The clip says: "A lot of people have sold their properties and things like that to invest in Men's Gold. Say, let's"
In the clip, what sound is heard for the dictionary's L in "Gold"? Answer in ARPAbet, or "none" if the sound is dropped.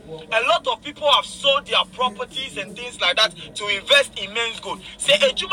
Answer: none